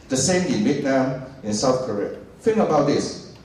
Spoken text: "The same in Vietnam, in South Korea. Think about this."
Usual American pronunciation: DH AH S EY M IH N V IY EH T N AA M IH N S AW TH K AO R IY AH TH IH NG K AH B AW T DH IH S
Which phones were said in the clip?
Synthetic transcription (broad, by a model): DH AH S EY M IH N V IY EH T N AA M IH N S AW TH K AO R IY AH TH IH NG AH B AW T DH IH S